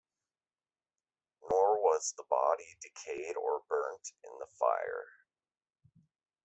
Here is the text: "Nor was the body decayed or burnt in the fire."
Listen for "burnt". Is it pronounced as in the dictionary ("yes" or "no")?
yes